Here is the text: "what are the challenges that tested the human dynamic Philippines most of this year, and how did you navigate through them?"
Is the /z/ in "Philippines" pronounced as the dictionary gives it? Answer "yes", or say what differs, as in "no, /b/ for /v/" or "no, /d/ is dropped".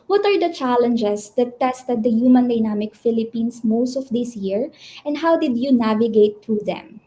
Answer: no, /s/ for /z/